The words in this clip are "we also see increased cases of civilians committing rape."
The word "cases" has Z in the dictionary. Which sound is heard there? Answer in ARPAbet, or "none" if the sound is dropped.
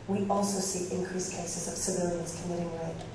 Z